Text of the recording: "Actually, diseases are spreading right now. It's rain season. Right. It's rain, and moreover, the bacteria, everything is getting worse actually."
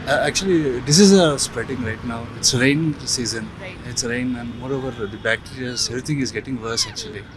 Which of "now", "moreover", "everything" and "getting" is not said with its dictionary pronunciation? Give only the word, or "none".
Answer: everything